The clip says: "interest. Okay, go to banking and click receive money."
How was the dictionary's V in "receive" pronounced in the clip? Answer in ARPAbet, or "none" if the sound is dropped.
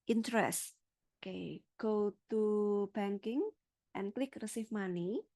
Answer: F